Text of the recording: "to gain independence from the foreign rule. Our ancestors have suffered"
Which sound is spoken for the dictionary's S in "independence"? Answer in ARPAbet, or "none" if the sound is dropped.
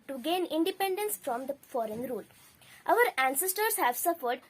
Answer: S